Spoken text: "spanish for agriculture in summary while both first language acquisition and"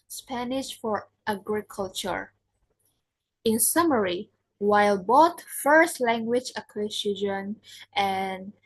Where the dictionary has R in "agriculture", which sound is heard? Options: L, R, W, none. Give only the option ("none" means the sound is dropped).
R